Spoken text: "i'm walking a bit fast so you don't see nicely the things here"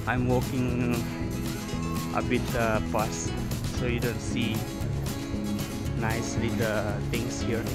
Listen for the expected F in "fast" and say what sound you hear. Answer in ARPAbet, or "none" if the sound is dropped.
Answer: P